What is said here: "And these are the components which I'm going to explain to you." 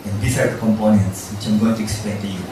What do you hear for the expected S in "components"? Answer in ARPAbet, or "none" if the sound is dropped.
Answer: S